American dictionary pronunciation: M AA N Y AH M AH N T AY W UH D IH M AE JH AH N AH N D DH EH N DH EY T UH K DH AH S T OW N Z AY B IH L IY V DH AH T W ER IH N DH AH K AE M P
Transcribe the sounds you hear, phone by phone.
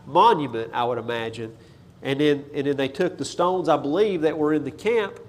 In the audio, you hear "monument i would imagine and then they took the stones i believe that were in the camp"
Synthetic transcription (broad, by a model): M AA N Y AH M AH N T AY W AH D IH M AE JH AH N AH N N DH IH N DH EY T UH K DH AH S T OW N Z AY B IH L IY V DH AH T W ER IH N DH AH K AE M P